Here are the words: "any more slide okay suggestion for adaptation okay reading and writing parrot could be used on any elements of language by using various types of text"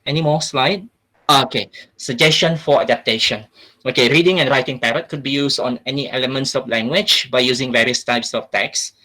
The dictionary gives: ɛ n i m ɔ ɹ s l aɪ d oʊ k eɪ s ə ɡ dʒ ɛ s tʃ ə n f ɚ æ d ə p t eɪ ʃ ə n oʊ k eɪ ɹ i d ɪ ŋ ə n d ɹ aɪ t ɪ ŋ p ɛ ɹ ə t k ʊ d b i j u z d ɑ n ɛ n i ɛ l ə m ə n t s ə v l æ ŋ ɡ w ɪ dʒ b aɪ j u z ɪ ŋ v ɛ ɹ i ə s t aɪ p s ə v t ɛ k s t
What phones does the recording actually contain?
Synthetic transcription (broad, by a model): ɛ n i m ɔ s l aɪ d oʊ k eɪ s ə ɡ dʒ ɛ s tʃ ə n f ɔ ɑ d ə p t eɪ ʃ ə n oʊ k eɪ ɹ i d ɪ ŋ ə n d ɹ aɪ t ɪ ŋ p ɛ ɹ ə t k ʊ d b i j u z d ɑ n ɛ n i ɛ l ə m ə n t s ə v l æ ŋ ɡ w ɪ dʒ b aɪ j u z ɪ ŋ v ɛ ɹ i ə s t aɪ p s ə f t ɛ k s